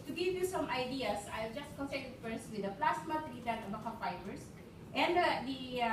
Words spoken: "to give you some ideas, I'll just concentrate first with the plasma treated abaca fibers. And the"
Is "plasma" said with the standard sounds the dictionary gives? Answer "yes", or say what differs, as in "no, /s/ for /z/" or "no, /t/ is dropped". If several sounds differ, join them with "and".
no, /s/ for /z/